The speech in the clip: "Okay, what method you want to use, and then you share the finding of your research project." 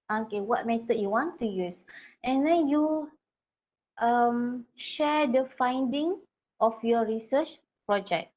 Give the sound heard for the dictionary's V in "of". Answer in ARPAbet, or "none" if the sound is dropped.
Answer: F